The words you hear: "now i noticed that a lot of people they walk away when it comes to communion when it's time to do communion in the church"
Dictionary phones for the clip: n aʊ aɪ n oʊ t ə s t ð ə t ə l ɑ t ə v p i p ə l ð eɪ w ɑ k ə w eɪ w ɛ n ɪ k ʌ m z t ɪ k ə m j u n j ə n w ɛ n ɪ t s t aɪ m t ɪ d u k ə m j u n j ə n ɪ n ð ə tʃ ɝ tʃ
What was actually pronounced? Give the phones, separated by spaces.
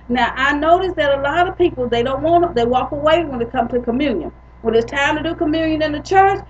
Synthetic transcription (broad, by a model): n aʊ aɪ n oʊ t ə s ð ə t ə l ɑ t ə v p i p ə n ð eɪ w ɑ k ə w eɪ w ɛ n ɪ k ʌ m t ɪ k ə m j u n j ə n w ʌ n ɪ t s t aɪ m t ɪ d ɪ k ə m j u n j ə n ɪ n ð ə tʃ ɝ tʃ